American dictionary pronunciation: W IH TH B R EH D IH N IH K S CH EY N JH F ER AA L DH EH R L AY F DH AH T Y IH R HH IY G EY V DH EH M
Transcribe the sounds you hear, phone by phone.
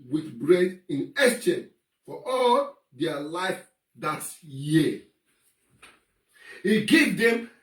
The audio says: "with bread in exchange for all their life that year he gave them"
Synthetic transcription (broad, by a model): W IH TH B R EH D IH N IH S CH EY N F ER AA L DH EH L AY F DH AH T Y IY HH IY G EY V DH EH M